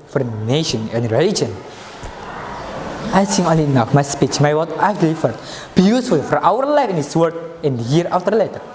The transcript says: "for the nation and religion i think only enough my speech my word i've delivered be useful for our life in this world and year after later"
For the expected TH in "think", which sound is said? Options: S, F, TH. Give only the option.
S